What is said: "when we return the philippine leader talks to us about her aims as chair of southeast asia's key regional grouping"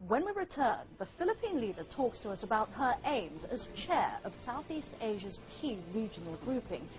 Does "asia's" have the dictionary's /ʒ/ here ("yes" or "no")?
yes